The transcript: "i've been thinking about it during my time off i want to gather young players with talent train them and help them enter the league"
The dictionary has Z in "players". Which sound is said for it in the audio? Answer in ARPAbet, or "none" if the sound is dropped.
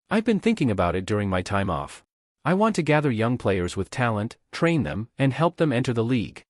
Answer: Z